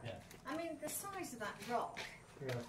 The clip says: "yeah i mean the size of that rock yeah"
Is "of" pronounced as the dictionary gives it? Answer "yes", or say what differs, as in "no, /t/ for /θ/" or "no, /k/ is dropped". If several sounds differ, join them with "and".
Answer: yes